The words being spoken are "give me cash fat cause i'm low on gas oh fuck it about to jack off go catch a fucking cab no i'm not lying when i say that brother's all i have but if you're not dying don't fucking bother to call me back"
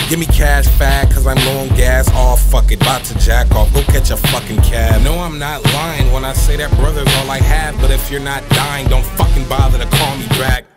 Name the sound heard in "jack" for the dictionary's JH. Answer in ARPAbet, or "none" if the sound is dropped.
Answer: JH